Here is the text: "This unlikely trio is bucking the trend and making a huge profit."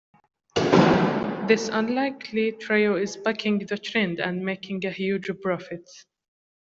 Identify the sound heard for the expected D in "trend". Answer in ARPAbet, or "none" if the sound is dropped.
D